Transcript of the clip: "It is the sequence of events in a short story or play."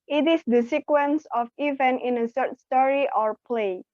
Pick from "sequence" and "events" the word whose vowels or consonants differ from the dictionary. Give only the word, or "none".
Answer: events